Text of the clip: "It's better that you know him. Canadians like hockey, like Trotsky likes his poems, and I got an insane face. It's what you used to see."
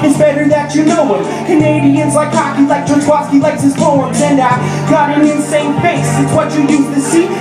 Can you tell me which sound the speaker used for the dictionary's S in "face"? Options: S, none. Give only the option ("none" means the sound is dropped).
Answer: none